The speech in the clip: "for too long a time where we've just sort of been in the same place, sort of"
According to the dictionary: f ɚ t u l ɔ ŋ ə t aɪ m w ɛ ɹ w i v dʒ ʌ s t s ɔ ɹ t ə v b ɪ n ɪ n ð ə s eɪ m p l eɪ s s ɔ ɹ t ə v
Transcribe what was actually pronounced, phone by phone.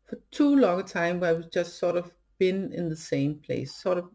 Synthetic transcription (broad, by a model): f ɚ t u l ɔ ŋ ə t aɪ m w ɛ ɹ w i dʒ ʌ s t s ɔ ɹ t ə v b ɪ n ɪ n ð ə s eɪ m p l eɪ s s ɔ ɹ t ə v